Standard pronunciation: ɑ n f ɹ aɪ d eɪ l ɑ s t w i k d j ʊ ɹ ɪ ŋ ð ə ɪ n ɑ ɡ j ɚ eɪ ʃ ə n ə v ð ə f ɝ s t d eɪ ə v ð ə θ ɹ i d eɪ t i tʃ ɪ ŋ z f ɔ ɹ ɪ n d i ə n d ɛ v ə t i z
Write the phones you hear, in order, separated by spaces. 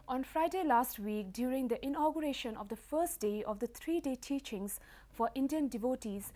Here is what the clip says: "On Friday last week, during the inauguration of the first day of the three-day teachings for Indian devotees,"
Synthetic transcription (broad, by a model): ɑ n f ɹ aɪ d eɪ l ɑ s t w i k d j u ɹ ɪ ŋ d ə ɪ n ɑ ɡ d eɪ ʃ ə n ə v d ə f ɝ s t d eɪ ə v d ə t ɹ i d eɪ t i tʃ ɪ ŋ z f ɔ ɹ ɪ n d i ə n d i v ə t i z